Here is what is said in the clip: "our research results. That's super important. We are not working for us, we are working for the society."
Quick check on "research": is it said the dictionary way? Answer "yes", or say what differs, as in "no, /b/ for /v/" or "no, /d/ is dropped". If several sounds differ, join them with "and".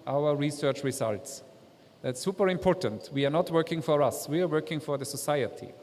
yes